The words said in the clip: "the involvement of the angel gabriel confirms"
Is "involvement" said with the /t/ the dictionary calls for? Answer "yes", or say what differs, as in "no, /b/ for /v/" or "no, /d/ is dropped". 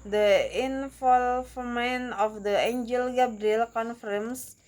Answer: no, /t/ is dropped